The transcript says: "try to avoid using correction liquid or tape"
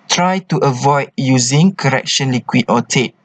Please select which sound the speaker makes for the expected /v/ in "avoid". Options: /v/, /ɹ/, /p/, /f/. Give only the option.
/v/